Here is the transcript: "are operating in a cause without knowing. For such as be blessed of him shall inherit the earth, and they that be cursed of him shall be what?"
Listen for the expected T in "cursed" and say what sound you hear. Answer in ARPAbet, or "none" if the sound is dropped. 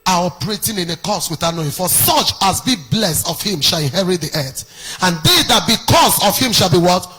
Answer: none